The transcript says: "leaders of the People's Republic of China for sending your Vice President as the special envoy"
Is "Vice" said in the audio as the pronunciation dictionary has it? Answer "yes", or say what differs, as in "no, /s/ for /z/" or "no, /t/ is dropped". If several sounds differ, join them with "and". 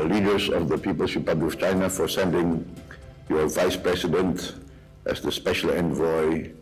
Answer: yes